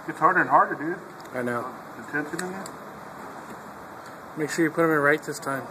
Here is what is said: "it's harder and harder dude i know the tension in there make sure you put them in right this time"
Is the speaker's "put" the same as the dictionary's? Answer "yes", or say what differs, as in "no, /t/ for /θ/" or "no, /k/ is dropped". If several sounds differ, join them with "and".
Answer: yes